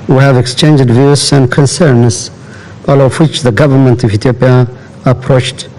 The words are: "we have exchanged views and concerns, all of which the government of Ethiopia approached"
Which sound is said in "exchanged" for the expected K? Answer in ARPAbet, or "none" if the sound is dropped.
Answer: K